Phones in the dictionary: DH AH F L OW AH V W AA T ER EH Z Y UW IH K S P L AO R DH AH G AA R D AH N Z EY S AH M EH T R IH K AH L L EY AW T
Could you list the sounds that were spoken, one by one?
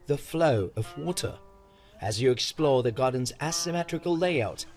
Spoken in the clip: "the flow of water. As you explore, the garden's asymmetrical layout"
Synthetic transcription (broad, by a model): DH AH F L OW AH V W AA T ER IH Z Y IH IH K S P L AO R DH AH G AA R D N Z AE S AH M EH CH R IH K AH L L EY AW T